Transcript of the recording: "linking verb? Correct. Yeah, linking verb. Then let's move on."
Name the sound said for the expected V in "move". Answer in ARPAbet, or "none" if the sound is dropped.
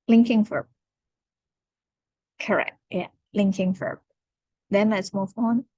F